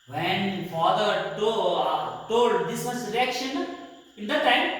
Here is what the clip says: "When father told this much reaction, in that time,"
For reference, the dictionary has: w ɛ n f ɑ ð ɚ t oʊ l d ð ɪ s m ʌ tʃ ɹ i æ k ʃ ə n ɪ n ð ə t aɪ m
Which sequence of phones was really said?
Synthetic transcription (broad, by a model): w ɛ n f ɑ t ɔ t oʊ l d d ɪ s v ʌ s ɹ i æ k ʃ ə n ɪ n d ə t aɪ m